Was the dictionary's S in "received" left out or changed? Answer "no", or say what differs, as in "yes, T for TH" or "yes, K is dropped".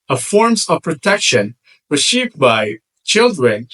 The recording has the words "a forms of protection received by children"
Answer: yes, SH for S